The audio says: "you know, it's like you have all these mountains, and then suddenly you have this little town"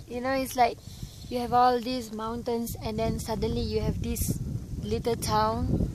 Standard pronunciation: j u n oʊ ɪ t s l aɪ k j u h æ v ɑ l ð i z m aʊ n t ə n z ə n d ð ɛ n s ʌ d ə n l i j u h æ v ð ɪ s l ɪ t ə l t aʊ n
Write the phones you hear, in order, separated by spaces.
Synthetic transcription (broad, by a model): j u n oʊ ɪ t s l aɪ k j u h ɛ v ɑ l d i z m aʊ n t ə n s ə n d ɛ n s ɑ d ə n l i j u h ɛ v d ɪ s l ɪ t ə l t aʊ n